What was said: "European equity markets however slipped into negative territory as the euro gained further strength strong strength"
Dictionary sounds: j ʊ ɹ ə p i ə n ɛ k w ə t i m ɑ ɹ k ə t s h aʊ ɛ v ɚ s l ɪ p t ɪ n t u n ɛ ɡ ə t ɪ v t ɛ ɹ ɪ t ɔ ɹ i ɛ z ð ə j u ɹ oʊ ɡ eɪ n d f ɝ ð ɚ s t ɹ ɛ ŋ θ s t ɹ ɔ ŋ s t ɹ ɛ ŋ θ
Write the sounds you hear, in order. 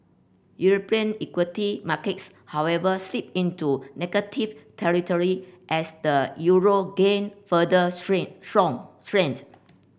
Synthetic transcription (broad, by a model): j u ɹ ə p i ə n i k w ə t i m ɑ k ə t s h aʊ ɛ v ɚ s l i p ɪ n t u n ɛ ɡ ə t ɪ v t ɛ ɹ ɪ t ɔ ɹ i ɛ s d ə j u ɹ oʊ ɡ eɪ n f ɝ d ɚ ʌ s t ɹ ɔ ŋ s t ɹ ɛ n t